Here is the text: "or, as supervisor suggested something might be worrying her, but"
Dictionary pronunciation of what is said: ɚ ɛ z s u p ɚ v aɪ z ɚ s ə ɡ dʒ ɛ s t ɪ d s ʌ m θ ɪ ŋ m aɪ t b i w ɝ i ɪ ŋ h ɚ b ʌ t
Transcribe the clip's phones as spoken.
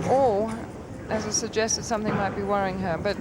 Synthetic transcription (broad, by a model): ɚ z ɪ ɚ z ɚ s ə ɡ dʒ ɛ s t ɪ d s ʌ m θ ɪ ŋ m aɪ t b i w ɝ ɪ ŋ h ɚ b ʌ t